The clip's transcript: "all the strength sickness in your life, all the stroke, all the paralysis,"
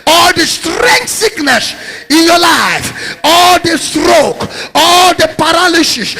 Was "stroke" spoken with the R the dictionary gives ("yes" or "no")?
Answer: yes